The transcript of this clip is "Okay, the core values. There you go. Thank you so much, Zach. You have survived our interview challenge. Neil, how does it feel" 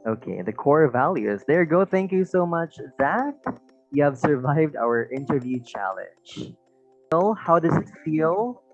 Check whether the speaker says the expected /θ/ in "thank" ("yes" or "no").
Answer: yes